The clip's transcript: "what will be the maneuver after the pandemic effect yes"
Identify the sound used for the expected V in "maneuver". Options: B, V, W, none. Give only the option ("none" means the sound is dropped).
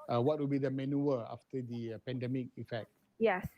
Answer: none